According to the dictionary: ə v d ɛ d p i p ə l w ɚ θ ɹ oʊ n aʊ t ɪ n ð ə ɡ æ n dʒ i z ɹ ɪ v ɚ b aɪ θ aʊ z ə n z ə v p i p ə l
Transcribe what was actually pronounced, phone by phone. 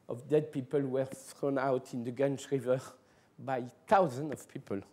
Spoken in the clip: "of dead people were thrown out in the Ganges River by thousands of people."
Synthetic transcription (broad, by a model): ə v d ɛ d p i p ə l w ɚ θ ɹ oʊ n aʊ t ɪ n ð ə ɡ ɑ n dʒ ɹ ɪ v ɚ b aɪ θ aʊ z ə n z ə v p i p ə l